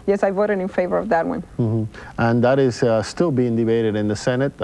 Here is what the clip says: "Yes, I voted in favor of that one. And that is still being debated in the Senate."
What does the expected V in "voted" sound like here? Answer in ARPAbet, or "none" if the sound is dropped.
V